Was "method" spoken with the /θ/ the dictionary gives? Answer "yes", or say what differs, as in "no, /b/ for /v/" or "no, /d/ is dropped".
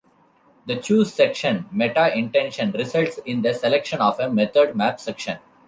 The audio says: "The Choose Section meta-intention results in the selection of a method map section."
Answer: no, /t/ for /θ/